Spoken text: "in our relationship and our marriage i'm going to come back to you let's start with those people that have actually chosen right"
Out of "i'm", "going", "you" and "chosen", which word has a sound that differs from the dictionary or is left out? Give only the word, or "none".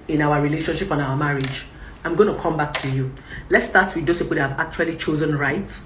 none